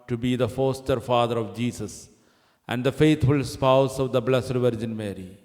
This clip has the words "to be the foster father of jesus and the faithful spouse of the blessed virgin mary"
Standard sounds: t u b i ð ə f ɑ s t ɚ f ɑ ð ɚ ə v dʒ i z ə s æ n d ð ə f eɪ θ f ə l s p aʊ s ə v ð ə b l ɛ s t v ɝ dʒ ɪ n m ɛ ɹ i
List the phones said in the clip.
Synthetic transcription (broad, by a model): t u b i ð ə f ɑ s t ɚ f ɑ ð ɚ ə v dʒ i s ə s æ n d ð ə f eɪ t f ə l s p aʊ s ə v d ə b l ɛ s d v ɝ dʒ ɪ n m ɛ ɹ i